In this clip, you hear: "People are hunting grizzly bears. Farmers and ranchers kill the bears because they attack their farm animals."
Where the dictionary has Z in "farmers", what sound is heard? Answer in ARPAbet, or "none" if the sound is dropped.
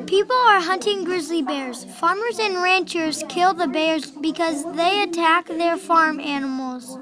Z